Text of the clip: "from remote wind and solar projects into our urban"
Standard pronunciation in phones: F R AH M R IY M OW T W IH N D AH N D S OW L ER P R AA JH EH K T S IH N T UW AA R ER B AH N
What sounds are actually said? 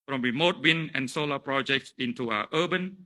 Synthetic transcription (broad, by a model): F R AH M R IY M OW T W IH N AH N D S OW L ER P R AA JH EH K T S IH N T UW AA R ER B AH N